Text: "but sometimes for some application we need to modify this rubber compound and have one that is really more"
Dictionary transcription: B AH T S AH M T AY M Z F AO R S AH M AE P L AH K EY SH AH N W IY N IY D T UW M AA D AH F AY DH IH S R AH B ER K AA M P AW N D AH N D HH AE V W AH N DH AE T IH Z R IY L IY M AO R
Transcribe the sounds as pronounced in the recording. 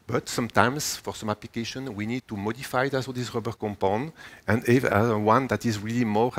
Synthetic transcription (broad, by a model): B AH T S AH M T AY M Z F AO R S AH M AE P L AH K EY SH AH N W IY N IY D T UW M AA D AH F AY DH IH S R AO B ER K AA M P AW N AH N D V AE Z W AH N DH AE T IH Z R IY L IY M AO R